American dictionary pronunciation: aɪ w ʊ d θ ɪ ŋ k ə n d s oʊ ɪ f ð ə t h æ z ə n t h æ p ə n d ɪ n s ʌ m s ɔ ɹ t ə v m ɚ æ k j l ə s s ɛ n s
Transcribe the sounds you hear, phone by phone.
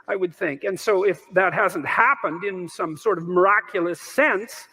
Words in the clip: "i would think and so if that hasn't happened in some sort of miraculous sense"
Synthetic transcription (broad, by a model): aɪ w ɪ d θ ɪ ŋ k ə n s oʊ ɪ f ð ə t h æ z ə n t h æ p ə n d ɪ n s ʌ m s ɔ ɹ t ə v m ɚ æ k j l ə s s ɛ n s